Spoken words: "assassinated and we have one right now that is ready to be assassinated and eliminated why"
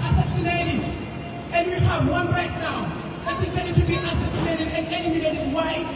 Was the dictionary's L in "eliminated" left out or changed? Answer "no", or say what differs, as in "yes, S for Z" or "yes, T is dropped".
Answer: yes, N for L